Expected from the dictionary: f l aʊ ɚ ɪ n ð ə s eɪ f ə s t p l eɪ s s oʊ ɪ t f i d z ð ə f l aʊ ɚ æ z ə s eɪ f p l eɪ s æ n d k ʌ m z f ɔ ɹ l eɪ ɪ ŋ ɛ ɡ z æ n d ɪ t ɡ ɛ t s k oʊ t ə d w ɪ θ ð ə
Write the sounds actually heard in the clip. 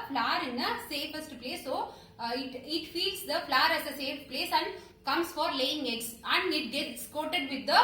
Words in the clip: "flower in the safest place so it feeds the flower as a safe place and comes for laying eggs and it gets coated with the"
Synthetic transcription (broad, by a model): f l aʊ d ɪ n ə s eɪ f ə s t p l eɪ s s oʊ ɪ t f i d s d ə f l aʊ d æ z ə s eɪ f p l eɪ s æ n d k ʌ m s f ɔ ɹ l eɪ ɪ ŋ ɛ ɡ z æ n d ɪ t ɡ ɛ t s k oʊ t ə d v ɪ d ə